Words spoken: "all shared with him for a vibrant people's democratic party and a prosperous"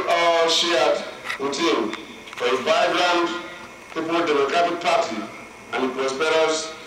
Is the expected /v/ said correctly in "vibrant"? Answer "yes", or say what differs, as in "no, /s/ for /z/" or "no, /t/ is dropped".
no, /b/ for /v/